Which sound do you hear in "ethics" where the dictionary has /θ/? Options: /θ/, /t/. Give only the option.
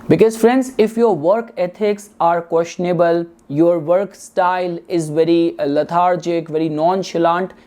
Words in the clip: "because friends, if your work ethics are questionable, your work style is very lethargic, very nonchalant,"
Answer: /t/